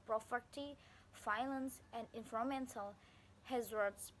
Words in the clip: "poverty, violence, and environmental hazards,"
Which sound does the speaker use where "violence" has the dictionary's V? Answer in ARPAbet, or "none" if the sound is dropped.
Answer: F